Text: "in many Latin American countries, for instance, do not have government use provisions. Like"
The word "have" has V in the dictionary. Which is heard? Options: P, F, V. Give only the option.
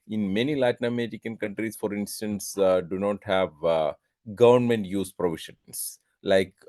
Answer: V